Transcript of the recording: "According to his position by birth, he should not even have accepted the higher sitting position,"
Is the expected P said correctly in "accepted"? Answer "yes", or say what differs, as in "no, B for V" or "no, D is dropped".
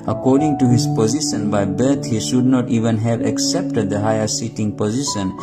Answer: yes